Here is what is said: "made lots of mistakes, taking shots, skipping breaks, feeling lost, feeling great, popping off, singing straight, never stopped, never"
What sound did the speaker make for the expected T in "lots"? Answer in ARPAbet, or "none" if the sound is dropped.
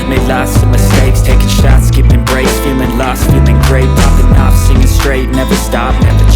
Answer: S